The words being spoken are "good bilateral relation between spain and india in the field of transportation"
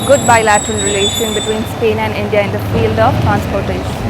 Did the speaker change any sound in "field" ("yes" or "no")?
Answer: no